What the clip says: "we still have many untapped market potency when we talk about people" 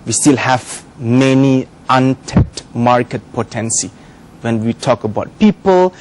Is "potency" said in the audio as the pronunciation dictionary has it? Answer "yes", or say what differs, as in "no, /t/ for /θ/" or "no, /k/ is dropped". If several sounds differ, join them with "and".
yes